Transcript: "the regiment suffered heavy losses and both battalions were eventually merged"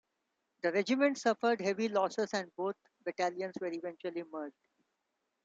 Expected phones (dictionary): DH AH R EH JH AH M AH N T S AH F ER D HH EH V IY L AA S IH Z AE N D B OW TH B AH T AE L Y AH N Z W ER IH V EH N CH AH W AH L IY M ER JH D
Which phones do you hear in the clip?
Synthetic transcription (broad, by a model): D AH R EH JH AH M AH N T S AH F ER D HH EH V IY L AA S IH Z AE N D B OW T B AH T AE L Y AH N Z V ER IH V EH N CH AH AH L IY M ER JH D